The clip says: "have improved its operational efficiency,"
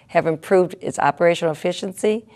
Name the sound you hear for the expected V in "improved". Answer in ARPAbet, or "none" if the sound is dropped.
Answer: V